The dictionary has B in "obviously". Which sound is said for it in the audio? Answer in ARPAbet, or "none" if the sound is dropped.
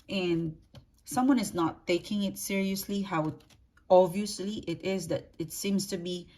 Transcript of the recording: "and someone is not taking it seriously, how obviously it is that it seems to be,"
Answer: none